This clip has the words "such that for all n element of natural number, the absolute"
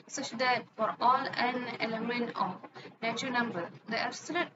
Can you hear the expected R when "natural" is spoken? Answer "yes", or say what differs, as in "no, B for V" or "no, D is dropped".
no, R is dropped